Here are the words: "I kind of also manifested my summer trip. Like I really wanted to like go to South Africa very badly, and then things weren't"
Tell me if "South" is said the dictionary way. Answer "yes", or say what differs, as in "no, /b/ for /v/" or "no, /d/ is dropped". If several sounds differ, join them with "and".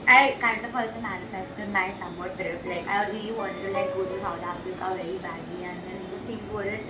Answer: no, /t/ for /θ/